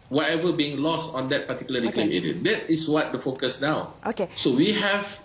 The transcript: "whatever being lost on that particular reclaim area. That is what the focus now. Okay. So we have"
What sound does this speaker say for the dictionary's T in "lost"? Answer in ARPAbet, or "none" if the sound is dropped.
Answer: T